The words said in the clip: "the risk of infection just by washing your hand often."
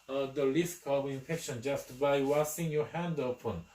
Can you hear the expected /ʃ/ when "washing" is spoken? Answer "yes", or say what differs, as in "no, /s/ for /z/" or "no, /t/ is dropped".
no, /s/ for /ʃ/